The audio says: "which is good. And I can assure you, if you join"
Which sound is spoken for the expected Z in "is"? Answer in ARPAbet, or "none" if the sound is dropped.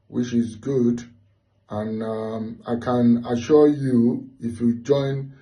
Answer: Z